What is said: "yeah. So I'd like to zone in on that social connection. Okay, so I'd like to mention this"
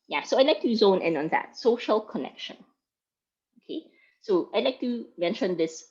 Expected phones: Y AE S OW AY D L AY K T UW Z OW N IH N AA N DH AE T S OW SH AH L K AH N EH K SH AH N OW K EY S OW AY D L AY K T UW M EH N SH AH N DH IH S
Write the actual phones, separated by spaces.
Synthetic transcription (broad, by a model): Y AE S OW AY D L AY K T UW Z OW N IH N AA N DH AE T S OW SH AH L K AH N EH K SH AH N OW K EY S OW AY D L AY K T UW M EH N SH AH N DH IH S